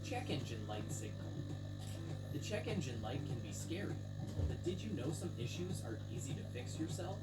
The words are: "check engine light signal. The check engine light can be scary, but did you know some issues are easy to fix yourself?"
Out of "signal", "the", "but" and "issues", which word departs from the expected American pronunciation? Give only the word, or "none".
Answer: none